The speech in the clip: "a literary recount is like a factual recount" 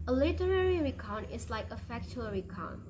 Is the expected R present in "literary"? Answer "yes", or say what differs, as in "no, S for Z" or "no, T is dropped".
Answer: yes